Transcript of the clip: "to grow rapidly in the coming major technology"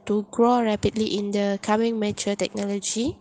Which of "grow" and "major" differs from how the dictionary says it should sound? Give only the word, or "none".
major